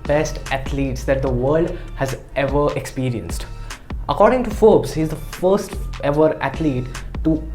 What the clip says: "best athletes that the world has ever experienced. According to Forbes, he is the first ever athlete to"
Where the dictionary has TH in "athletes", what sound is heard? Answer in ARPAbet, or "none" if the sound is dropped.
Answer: T